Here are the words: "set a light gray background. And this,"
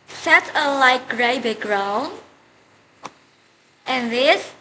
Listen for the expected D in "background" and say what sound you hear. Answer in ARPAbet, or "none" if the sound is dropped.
none